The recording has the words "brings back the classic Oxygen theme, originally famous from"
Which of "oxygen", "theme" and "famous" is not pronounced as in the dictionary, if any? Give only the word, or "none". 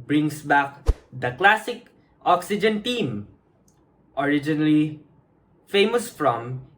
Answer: theme